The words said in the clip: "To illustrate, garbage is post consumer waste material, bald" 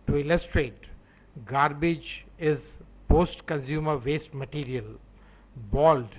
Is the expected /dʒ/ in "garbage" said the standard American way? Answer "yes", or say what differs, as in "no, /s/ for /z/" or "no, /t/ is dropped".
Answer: yes